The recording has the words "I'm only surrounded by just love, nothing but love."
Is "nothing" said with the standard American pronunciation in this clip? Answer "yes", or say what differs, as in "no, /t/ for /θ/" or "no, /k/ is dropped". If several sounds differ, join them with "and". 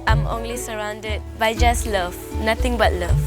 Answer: no, /t/ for /θ/